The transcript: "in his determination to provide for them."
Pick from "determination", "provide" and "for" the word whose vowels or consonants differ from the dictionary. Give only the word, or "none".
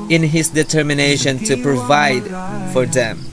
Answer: none